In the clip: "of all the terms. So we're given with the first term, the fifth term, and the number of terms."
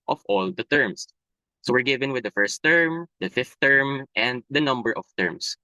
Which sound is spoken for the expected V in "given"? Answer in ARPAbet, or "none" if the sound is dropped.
V